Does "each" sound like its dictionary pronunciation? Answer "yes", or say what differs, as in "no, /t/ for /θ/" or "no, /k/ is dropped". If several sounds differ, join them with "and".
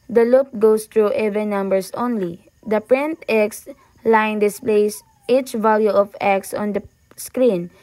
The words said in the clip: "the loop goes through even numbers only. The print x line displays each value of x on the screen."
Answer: yes